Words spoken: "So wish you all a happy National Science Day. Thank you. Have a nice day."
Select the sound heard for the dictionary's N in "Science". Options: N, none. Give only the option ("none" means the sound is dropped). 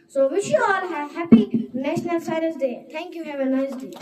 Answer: none